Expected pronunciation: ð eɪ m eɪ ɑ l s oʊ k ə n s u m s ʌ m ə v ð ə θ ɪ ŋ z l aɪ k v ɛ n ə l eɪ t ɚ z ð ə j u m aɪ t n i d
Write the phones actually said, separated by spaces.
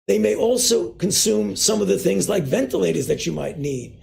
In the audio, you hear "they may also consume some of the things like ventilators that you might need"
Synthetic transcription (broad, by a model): ð eɪ m eɪ ɑ l s oʊ k ə n s u m s ʌ m ə v ð ə θ ɪ ŋ z l aɪ k v ɛ n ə l eɪ t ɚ z ð ə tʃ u m aɪ t n i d